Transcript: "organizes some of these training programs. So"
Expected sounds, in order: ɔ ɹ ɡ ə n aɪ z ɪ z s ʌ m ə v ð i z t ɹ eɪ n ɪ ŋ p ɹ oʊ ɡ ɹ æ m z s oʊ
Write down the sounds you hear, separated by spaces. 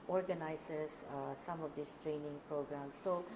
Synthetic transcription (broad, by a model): ɔ ɹ ɡ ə n aɪ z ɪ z s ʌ m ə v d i s t ɹ eɪ n ɪ ŋ p ɹ oʊ ɡ ɹ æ m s oʊ